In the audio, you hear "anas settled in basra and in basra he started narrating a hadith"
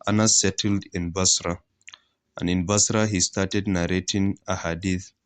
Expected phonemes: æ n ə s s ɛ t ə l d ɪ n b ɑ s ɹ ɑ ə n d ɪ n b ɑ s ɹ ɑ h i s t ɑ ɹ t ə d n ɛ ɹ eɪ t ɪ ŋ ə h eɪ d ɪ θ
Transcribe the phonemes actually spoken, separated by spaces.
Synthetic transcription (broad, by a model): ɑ n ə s s ɛ t ə l d ɪ n b ɑ s ɹ ɑ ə n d ɪ n b ɑ s ɹ ɑ h i s t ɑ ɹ t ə d n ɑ ɹ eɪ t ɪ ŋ ə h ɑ d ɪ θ